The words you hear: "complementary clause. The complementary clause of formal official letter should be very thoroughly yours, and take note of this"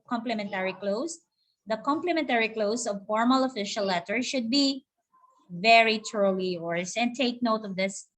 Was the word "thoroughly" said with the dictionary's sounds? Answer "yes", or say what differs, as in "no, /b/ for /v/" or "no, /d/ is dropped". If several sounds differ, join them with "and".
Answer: no, /t/ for /θ/